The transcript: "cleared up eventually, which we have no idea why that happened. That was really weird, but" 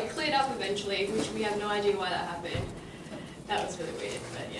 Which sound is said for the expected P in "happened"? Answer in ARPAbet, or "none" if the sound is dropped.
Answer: B